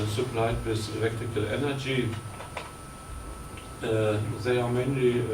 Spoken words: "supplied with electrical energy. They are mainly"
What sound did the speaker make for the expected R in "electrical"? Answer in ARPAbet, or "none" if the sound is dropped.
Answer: none